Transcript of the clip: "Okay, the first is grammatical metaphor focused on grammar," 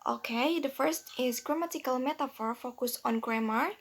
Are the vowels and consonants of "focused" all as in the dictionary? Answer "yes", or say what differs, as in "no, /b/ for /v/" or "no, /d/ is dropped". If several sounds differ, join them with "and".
no, /t/ is dropped